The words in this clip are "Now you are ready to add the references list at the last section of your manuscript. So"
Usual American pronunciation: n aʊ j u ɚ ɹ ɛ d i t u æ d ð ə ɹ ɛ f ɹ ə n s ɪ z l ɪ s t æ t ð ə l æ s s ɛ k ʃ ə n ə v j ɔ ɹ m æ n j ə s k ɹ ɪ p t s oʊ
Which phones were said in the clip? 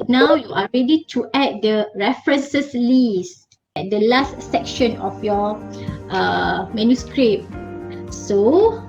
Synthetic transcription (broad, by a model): n aʊ j u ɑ ɹ ɛ d i t u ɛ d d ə ɹ ɛ f ɹ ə n s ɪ s l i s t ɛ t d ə l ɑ s s ɛ k ʃ ə n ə f j ɔ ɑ m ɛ n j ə s k ɹ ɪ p s oʊ